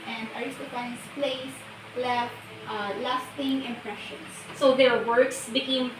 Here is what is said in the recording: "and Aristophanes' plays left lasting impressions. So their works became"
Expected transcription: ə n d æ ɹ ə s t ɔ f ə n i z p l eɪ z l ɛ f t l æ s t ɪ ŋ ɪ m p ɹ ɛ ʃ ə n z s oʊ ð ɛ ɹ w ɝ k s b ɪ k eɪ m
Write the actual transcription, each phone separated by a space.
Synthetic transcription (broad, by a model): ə n d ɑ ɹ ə s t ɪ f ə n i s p l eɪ s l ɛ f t l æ s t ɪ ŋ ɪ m p ɹ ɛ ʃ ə n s s oʊ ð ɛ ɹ w ɝ k s b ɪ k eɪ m